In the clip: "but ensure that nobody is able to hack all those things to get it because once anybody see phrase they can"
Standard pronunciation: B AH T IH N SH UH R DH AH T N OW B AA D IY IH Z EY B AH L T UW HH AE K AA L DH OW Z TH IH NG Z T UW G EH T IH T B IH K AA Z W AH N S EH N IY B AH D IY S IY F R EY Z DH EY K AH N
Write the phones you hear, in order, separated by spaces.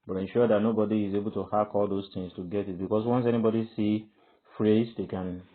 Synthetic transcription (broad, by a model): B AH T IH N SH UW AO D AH T N OW B AA D IY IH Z EY B AH L T UW HH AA K AA L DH OW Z T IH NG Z T UW G EH T IH T B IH K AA S W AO N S EH N IY B AH D IY S IY F R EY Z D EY K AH N